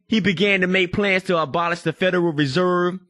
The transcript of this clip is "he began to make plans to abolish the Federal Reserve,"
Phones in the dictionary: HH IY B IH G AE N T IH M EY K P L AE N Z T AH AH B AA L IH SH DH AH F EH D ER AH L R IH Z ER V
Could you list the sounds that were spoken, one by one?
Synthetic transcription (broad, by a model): HH IY B IH G AE N T IH M EY K P L AE N Z T AH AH B AA L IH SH DH AH F EH D ER L R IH Z ER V